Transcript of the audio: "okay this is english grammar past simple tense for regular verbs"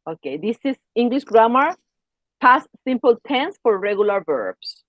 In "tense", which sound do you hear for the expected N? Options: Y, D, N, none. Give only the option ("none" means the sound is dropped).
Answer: N